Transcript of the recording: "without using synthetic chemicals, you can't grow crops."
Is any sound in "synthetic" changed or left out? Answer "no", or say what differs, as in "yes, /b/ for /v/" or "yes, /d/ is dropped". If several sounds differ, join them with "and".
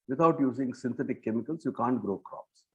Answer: yes, /t/ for /θ/